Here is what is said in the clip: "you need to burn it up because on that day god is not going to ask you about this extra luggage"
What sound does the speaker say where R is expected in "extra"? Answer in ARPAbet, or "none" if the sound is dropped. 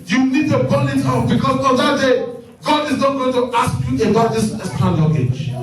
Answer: none